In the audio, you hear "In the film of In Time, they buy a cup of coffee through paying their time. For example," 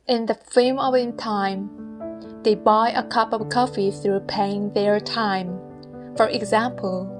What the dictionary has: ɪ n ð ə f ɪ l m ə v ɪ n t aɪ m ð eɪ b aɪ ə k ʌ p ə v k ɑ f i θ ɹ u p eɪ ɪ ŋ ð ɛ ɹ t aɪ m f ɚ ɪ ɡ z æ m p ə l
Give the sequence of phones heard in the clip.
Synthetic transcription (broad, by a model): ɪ n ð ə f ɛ m ə v ɪ n t aɪ m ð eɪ b aɪ ə k ʌ p ə v k ɑ f i θ ɹ u p eɪ ɪ ŋ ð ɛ ɹ t aɪ m f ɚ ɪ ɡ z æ m p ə l